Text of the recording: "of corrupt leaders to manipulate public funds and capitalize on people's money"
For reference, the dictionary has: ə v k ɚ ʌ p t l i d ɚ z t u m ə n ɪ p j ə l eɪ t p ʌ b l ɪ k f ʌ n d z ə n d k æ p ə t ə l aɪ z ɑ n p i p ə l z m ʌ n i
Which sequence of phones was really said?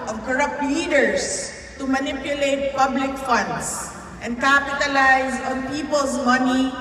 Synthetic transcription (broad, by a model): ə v k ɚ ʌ p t l i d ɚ s t u m ə n ɪ p j ə l eɪ t p ʌ b l ɪ k f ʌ n d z ə n d k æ p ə t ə l aɪ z ɑ n p i p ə l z m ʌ n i